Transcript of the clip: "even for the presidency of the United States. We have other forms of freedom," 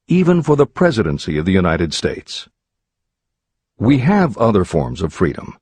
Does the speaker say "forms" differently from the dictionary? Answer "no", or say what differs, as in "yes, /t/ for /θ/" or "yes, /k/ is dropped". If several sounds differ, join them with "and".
no